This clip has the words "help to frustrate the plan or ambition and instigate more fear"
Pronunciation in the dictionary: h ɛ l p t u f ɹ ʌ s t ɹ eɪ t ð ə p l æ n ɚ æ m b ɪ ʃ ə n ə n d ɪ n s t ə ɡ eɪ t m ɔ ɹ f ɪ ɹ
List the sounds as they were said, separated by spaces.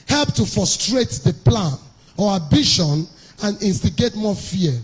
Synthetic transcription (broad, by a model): h ɛ l p t u f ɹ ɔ s t ɹ eɪ t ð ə p l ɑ n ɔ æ b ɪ ʃ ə n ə n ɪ n s t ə ɡ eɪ t m ɔ f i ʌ